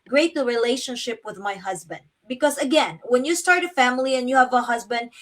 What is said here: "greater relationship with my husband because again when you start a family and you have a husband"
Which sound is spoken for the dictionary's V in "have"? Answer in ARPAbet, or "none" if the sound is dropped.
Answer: V